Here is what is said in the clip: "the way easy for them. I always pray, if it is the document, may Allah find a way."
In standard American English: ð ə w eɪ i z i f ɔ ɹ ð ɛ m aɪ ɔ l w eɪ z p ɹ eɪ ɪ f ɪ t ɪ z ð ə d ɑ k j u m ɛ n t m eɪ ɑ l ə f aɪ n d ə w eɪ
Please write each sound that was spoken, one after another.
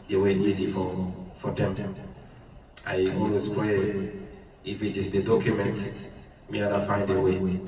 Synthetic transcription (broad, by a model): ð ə w eɪ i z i f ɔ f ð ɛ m aɪ ɔ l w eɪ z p w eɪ ɪ f ɪ t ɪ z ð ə d ɑ k j u m ɛ n t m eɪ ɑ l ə f aɪ n d ə w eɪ